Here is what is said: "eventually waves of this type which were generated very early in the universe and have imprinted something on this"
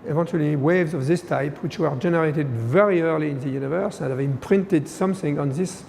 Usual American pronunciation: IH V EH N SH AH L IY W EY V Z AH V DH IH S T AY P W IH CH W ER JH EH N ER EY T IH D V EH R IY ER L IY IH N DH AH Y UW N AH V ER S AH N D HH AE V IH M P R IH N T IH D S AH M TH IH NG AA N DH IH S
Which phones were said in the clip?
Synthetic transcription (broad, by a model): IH V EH N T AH L IY W EY V Z AH V DH IH S T AY P W IH CH W ER JH EH N ER EY T IH D V EH R IY ER L IY IH N DH AH Y UW N AH V ER S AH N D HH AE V IH M P R IH N T IH D S AH M TH IH NG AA N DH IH S